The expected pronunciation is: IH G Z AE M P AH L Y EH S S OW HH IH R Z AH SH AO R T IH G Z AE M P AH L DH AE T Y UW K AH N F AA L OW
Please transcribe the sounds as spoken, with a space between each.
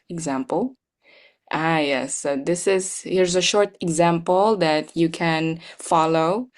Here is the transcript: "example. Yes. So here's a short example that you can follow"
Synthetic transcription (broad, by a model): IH G Z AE M P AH L Y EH S S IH HH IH R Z AH SH AO R T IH G Z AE M P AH L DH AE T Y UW K AH N F AA L OW